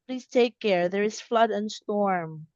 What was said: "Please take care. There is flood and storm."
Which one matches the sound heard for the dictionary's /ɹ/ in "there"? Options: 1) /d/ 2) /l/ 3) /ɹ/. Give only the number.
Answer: 3